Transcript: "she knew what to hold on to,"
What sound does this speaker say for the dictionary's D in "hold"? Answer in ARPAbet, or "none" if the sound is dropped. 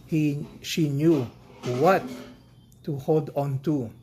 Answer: D